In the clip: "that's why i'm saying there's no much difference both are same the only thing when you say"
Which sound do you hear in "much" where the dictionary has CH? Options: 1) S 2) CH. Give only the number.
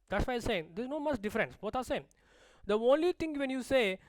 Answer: 1